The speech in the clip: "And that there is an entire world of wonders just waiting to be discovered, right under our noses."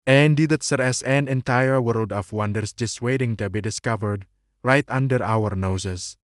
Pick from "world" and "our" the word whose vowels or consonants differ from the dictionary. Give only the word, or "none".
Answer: none